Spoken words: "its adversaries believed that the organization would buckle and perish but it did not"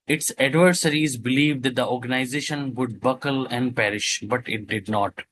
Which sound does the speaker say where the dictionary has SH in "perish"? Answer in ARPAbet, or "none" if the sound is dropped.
SH